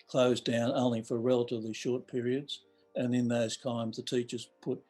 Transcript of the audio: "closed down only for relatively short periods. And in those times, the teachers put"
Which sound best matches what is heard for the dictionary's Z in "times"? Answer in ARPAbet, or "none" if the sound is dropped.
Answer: Z